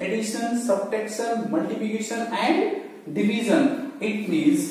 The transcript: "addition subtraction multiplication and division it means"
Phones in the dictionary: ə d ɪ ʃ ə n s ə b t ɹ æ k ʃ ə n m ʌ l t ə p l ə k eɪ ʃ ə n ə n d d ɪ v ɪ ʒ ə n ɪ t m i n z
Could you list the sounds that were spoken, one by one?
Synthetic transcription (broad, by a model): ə d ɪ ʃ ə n s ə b t ɛ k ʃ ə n m ʌ l t ə p l ə k eɪ ʃ ə n ə n d d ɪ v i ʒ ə n ɪ t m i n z